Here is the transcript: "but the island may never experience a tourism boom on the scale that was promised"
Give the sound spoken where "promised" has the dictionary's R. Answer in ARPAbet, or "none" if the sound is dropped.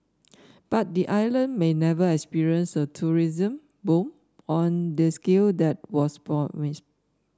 none